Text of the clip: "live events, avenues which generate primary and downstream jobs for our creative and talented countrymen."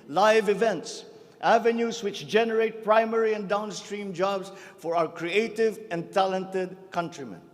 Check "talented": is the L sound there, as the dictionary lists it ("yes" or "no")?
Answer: yes